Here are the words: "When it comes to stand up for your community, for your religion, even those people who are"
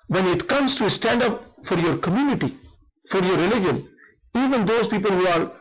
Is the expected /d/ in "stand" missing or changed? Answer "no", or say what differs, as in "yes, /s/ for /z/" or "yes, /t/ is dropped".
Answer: no